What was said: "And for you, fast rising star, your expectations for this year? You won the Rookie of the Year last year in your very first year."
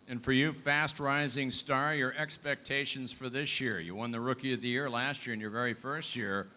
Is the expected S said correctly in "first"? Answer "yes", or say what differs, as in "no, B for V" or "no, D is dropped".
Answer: yes